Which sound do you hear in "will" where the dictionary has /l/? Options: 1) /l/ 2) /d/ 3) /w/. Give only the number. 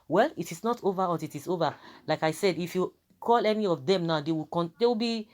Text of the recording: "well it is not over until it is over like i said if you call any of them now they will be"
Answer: 3